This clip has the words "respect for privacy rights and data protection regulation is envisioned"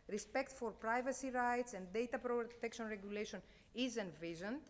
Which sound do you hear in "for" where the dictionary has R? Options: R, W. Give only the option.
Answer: R